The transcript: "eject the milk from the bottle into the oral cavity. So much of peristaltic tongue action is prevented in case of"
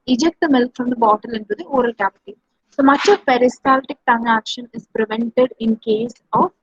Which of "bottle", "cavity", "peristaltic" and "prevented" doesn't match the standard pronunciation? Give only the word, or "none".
cavity